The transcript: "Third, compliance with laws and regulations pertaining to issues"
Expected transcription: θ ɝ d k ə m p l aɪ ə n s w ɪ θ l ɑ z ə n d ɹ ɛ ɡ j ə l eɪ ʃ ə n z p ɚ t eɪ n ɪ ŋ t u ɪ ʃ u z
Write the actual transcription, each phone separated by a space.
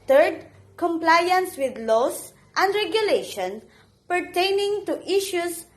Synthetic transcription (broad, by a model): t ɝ d k ə m p l aɪ ə n s w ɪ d l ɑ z ə n d ɹ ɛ ɡ j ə l eɪ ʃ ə n p ɚ t eɪ n ɪ ŋ t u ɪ ʃ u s